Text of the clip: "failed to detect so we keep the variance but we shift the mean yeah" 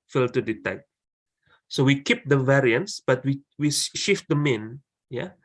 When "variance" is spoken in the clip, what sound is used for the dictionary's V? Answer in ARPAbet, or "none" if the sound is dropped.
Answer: V